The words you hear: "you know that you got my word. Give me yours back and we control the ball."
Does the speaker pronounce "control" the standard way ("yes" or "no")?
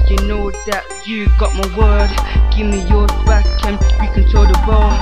no